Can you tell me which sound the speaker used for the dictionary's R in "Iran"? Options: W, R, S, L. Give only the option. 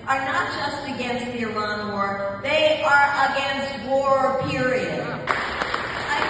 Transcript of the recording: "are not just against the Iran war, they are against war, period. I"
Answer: L